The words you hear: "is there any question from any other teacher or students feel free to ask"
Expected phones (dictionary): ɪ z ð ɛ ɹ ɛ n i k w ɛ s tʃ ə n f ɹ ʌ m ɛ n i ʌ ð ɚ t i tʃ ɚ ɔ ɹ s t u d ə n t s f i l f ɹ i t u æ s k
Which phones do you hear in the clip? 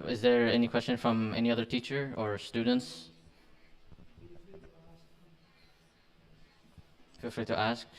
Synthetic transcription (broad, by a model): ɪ z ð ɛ ɹ ɛ n i k w ɛ s tʃ ə n f ɹ ʌ m ɛ n i ʌ ð ɚ t i tʃ ɚ ɔ ɹ s t u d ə n t s f i l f l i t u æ s k